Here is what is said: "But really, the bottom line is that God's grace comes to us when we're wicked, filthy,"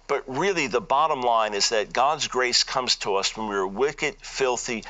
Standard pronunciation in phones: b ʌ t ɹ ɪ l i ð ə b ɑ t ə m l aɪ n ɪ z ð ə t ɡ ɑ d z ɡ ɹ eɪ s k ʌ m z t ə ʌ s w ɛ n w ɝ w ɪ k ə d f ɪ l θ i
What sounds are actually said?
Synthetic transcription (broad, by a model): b ʌ t ɹ ɪ l i ð ə b ɑ t ə m l aɪ n ɪ z ð ə t ɡ ɑ d z ɡ ɹ eɪ s k ʌ m z t ə ʌ s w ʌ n w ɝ w ɪ k ə d f ɪ l θ i